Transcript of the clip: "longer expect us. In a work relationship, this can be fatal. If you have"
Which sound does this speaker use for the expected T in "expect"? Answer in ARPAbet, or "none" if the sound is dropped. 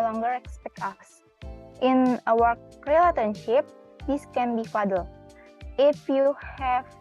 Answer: none